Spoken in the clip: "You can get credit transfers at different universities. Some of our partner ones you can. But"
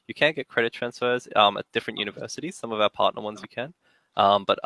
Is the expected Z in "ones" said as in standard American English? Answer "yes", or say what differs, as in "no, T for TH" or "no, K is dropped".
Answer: yes